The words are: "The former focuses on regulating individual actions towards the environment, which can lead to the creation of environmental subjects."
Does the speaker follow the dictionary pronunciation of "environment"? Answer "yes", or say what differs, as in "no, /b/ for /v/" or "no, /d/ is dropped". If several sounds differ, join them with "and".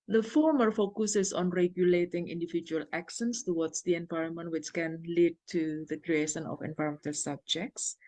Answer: yes